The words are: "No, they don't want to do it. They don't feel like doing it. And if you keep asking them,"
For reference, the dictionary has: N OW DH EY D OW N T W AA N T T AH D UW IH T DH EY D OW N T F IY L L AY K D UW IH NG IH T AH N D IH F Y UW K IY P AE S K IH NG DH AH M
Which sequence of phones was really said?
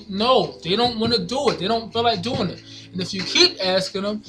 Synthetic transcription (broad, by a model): N OW DH EY D OW N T W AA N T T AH D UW IH T DH EY D OW N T F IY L L AY K D UW IH NG IH T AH N IH F Y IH K IY P AE S K IH NG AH M